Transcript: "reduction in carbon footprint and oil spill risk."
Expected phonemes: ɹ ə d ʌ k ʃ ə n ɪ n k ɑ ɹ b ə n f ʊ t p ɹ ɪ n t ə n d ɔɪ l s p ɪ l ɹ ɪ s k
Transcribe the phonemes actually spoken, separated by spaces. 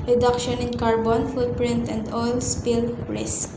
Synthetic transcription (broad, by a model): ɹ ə d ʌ k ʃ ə n ɪ n k ɑ ɹ b ə n f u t p ɹ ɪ n t ə n d ɔɪ l s p ɪ l ɹ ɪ s k